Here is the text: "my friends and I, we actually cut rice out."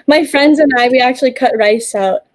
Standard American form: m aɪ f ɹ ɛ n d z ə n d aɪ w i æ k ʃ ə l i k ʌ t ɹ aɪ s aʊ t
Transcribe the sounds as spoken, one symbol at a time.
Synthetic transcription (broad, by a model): m aɪ f ɹ ɛ n d z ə n aɪ w i æ k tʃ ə l i k ʌ t ɹ aɪ s aʊ t